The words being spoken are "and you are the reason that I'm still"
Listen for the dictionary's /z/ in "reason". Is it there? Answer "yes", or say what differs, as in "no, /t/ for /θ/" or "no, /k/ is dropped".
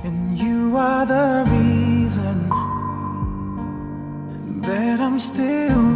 yes